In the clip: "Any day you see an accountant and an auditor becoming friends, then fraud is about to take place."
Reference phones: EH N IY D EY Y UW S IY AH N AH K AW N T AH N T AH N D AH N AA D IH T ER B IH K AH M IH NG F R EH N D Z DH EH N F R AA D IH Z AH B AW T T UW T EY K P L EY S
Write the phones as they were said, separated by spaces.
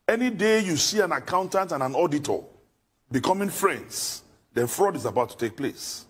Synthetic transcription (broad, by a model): EH N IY D EY Y UW S IY AH N AH K AW N T AH N T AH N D AH N AA D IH T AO B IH K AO M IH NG F R EH N D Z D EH N F R AA D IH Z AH B AW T T UW T EY K P L EY S